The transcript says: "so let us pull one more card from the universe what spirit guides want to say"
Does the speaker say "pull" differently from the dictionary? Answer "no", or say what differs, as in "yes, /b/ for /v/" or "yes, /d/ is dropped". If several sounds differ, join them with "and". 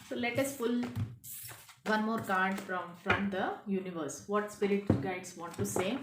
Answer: yes, /f/ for /p/